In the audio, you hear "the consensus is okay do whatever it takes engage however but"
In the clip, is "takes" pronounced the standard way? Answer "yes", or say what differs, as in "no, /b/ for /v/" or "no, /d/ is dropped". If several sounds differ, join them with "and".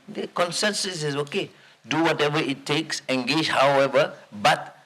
yes